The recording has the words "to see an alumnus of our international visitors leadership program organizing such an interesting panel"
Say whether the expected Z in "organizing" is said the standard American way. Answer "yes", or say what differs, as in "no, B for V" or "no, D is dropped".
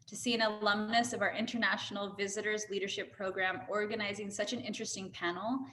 yes